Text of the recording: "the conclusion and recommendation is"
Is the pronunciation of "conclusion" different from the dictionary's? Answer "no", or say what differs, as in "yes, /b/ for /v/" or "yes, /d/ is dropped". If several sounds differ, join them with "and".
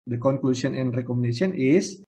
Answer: yes, /s/ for /ʒ/